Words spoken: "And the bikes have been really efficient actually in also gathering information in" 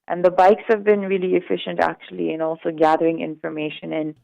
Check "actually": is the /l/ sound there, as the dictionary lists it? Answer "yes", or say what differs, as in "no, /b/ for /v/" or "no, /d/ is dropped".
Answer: yes